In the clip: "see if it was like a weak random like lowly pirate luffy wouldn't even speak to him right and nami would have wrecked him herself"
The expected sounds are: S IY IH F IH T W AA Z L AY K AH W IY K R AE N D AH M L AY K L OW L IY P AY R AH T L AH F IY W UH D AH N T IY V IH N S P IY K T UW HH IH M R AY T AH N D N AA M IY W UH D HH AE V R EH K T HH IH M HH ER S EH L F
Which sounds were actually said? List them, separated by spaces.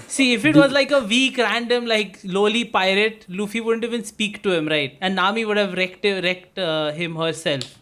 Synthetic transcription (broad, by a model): S IY IH F IH T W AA Z L AY K AH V IY K R AE N D AH M L AY K L OW L IY P AY R AH T L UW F IY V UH D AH N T IY V IH N S P IY K T UW HH IH M R AY T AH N N AA M IY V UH D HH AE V R EH K T HH IH M HH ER S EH L F